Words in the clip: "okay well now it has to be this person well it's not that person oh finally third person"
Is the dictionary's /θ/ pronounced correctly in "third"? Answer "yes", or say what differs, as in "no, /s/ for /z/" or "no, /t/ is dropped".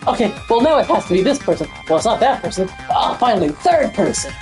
yes